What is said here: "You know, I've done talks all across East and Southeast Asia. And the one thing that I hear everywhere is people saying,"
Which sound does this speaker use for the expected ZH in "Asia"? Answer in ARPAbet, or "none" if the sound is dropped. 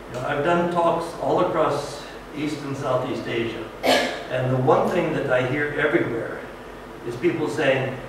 ZH